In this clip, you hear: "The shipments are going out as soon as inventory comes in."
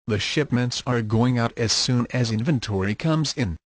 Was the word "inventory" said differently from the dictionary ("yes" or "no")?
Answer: no